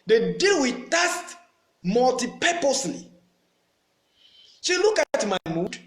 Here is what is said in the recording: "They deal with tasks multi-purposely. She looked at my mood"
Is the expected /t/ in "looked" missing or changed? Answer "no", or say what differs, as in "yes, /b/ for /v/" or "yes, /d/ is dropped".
yes, /t/ is dropped